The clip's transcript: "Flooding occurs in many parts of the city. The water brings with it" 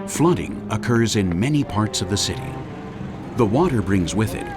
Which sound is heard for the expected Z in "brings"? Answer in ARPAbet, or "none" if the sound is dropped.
Z